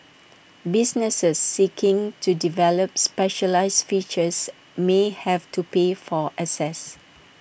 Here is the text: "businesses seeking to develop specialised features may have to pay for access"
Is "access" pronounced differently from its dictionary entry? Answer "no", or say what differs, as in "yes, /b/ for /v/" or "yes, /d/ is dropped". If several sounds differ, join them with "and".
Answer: yes, /k/ is dropped